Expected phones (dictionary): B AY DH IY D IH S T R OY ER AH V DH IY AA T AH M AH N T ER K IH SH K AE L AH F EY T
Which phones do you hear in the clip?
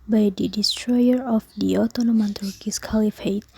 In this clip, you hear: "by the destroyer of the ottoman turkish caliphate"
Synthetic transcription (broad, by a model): B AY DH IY D IH S T R OY ER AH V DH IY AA T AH M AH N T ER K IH S K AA L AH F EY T